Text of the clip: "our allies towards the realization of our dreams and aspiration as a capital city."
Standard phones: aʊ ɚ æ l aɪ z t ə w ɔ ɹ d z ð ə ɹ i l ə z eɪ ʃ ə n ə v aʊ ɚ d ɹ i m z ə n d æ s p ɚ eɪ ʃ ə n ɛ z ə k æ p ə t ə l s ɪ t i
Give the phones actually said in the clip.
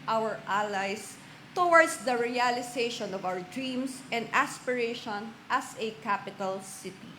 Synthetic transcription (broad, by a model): aʊ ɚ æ l aɪ s t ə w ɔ ɹ d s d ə ɹ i l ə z eɪ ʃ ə n ə v aʊ ɚ d ɹ i m s ə n d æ s p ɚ eɪ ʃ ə n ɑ s ə k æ p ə t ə l s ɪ t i